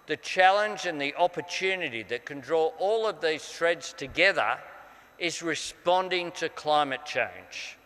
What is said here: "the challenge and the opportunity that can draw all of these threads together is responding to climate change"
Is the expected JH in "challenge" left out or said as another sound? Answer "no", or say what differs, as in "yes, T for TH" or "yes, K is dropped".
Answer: no